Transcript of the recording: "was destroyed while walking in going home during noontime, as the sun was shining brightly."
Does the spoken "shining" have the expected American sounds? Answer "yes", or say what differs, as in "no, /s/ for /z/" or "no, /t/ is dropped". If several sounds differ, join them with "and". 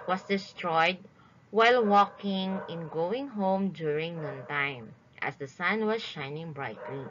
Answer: yes